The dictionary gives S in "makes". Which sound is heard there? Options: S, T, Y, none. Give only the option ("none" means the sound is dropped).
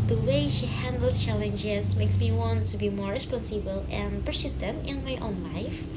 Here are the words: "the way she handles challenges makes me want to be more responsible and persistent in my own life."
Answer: S